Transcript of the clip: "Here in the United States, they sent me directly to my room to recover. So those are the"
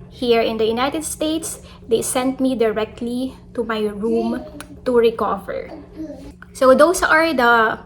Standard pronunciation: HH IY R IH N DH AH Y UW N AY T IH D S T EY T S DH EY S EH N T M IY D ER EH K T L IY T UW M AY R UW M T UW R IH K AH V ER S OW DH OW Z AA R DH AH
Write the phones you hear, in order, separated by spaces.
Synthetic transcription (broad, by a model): HH IY R IH N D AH Y UW N AY T IH D S T EY T S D EY S EH N T M IY D ER EH K T L IY T UW M AY R UW M T UW R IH K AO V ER S OW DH OW S AA R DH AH